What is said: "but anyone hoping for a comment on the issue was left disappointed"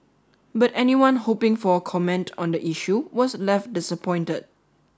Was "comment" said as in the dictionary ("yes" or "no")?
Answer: yes